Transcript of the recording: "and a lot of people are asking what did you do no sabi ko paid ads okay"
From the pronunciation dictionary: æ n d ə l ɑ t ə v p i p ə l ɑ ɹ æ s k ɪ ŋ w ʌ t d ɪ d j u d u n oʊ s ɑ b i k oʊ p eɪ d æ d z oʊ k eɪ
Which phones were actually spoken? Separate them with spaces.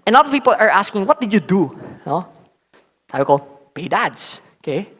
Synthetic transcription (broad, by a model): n ə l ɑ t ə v p i p ə l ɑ ɹ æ s k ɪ ŋ w ʌ t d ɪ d j u d u n oʊ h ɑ i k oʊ p eɪ d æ d s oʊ k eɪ